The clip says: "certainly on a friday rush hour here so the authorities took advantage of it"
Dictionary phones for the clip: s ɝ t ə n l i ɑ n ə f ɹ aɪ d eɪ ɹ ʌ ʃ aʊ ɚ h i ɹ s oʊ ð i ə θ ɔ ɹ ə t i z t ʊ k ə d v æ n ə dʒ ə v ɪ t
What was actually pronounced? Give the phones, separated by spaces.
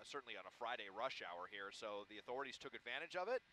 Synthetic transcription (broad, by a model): s ɝ t n l i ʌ n ə f ɹ aɪ d eɪ ɹ ʌ ʃ aʊ ɚ h i ɹ s oʊ ð i ə θ ɔ ɹ ə t i z t ʊ k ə d v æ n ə dʒ ə v ɪ t